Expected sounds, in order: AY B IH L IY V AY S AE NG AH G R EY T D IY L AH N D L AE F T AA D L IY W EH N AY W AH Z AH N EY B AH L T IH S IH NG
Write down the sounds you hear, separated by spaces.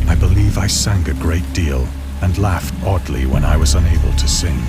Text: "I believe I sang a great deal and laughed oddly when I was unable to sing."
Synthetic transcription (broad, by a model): AY B IH L IY V AY S AE NG AH G R EY T D IY L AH N L AE F T AA D L IY W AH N AY W AH Z AH N EY B AH L T IH S IH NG